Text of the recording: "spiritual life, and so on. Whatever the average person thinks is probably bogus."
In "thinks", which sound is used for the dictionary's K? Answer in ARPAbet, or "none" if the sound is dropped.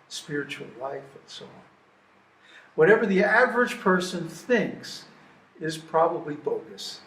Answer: K